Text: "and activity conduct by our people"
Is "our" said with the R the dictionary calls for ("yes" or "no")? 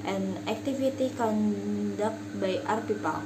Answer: yes